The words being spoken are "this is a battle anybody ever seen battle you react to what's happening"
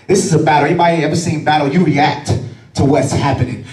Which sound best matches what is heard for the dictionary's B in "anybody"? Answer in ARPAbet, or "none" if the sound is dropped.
none